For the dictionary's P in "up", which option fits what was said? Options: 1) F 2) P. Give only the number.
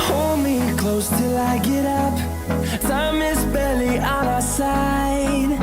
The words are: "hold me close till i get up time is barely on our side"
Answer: 2